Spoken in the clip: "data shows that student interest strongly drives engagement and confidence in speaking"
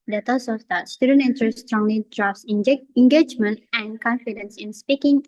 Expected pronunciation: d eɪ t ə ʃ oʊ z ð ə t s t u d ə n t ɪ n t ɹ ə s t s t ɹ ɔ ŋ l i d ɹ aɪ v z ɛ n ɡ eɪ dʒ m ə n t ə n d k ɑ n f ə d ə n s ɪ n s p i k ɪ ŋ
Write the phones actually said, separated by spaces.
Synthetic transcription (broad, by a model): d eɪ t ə s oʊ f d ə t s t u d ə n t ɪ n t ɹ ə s s t ɹ ɔ ŋ l i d ɹ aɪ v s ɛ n ɡ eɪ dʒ m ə n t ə n k ɑ n f ə d ə n s ɪ n s p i k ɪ ŋ